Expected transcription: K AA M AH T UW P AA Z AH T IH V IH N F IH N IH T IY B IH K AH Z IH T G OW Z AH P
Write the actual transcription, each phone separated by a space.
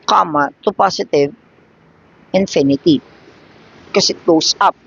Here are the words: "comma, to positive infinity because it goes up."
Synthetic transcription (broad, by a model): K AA M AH T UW P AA S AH T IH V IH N F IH N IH T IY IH K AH S IH T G OW S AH P